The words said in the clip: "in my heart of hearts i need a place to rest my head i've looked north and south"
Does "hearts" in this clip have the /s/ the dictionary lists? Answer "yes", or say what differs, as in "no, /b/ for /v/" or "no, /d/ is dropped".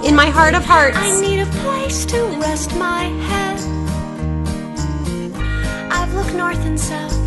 no, /s/ is dropped